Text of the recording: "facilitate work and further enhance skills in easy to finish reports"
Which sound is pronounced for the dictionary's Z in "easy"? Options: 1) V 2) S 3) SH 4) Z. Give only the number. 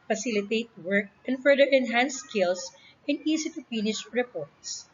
2